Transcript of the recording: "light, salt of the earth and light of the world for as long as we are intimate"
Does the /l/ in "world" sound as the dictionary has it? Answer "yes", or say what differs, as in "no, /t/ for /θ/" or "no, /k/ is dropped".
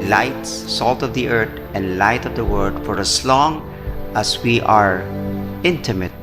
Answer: no, /l/ is dropped